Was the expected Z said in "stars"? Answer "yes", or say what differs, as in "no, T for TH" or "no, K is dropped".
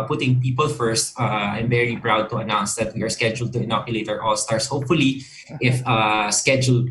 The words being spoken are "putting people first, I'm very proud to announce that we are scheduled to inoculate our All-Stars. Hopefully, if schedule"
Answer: no, S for Z